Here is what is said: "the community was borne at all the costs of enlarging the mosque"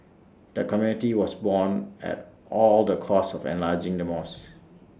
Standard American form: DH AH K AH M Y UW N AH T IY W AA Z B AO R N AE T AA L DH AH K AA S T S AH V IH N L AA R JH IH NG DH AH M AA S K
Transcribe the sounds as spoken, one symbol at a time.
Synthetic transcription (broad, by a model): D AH K AH M Y UW N AH T IY W AA S B AO N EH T AA L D AH K AA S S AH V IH N L AA JH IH NG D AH M AA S